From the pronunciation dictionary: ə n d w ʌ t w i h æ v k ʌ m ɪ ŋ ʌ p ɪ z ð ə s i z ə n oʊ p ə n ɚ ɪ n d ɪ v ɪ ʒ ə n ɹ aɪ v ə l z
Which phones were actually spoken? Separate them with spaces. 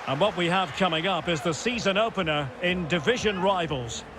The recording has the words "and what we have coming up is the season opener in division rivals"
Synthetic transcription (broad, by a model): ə n w ʌ t w i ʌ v k ʌ m ɪ ŋ ʌ p ɪ z ð ə s i z ə n oʊ p ə n ɚ ɪ n d ɪ v ɪ ʒ ə n ɹ aɪ v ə l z